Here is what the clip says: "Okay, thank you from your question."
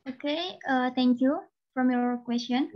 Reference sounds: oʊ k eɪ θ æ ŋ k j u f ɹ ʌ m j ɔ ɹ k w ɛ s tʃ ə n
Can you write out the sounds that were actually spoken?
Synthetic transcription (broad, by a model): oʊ k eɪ t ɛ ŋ k j u f ɹ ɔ m j ɔ ɹ k w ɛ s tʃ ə n